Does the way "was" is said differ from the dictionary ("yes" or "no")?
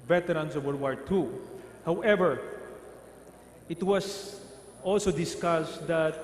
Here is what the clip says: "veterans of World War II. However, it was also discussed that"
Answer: yes